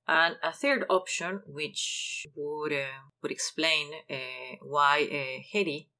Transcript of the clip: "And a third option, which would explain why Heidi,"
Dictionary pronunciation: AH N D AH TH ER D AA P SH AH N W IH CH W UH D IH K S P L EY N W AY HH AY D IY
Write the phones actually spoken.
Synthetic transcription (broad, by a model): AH N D AH TH ER D AA P SH AH N W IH CH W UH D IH K S P L EY N W AY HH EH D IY